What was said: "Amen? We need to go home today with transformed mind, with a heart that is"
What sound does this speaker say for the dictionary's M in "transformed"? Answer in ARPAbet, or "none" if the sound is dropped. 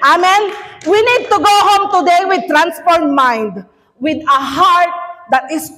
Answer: none